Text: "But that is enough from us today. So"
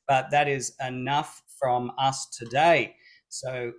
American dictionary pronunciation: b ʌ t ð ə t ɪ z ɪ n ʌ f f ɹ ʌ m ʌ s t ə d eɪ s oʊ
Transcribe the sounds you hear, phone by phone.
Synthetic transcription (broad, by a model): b ʌ t ð ə t ɪ z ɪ n ʌ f f ɹ ʌ m ʌ s t ə d eɪ s oʊ